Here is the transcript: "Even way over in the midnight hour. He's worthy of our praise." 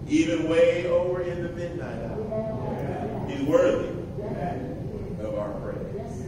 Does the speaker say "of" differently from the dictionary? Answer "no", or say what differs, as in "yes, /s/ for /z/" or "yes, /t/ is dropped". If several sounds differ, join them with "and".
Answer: no